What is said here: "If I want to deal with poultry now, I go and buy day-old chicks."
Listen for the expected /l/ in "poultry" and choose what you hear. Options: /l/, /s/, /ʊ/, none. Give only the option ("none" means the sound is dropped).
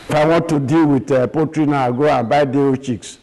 none